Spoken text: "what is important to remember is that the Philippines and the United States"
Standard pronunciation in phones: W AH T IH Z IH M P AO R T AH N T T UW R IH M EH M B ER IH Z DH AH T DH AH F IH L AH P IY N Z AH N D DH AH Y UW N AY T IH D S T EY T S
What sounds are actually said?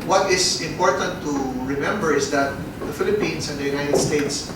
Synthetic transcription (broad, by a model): W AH T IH S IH M P AO R T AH N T T UW R IH M EH M B ER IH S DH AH T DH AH F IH L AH P IY N S AH N D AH Y UW N AY T IH D S T EY T S